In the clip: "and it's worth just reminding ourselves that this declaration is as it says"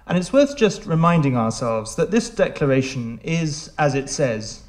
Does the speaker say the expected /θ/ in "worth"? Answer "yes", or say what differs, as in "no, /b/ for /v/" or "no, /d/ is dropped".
yes